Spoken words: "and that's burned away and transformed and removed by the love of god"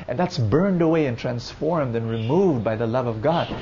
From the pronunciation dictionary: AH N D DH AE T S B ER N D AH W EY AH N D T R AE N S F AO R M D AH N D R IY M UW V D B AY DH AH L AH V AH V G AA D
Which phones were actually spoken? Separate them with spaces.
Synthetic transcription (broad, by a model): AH N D DH AE T S B ER N D AH W EY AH N T R AE N S F AO R M D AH N R IY M UW V D B AY DH AH L AH V AH V G AA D